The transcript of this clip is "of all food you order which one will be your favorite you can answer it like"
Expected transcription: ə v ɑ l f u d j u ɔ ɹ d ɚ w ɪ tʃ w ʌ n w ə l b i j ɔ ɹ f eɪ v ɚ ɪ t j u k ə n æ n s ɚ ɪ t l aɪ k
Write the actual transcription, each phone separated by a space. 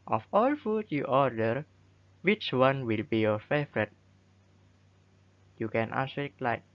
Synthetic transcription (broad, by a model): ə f ɑ l f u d j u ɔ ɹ d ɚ w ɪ tʃ w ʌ n w ə l b i j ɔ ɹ f eɪ v ɚ ɪ t j u k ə n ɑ s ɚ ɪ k l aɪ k